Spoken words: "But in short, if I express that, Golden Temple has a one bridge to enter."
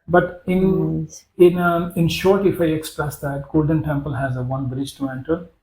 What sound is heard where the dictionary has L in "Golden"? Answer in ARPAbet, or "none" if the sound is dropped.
L